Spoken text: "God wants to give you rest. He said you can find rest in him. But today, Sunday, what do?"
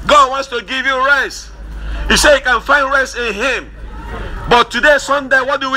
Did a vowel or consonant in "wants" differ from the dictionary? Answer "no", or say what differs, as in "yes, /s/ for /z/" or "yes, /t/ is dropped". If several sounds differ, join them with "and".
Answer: no